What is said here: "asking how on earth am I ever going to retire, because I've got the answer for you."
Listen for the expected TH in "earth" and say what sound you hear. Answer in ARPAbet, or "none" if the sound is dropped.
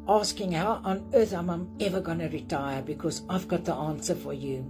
TH